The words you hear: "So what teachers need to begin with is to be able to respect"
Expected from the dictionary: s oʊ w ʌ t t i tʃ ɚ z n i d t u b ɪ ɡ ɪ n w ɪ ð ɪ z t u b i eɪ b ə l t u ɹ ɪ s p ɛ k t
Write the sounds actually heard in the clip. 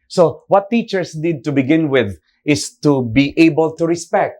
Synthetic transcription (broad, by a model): s oʊ w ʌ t t i tʃ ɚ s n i d t u b ɪ ɡ ɪ n w ɪ ð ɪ s t u b i eɪ b ə l t u ɹ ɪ s p ɛ k t